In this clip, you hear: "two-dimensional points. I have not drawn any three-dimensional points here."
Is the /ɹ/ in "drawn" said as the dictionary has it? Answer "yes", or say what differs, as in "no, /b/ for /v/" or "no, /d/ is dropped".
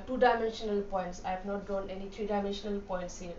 no, /ɹ/ is dropped